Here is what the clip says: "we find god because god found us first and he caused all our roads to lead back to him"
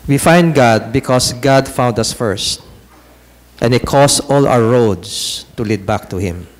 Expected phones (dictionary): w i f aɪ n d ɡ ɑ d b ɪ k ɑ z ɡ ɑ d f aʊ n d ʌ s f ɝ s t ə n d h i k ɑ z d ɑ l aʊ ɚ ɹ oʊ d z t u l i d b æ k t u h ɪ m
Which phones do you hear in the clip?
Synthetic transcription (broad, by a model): w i f aɪ n d ɡ ɑ d b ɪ k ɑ s ɡ ɑ d f aʊ n d ʌ s f ɝ s t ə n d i k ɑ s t ɑ l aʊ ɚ ɹ oʊ d s t u l i d b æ k t u h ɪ m